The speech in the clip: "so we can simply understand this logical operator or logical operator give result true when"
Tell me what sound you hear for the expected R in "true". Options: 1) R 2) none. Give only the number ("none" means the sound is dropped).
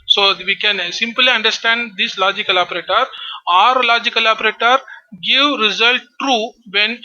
1